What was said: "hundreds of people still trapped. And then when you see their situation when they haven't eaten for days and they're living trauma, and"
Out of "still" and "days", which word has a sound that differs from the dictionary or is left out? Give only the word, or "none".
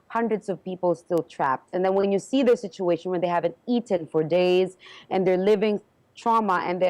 none